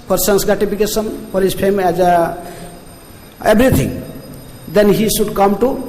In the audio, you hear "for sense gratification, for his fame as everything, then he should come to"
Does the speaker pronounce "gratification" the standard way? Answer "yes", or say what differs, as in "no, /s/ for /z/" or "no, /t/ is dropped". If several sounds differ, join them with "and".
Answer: no, /p/ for /f/